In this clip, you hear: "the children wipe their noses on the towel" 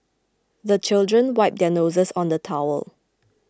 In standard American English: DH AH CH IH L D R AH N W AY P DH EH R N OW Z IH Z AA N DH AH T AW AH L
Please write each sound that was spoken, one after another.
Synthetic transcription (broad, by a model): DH AH CH IH L D R AH N W AY P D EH N OW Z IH S AA N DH AH T AW AH L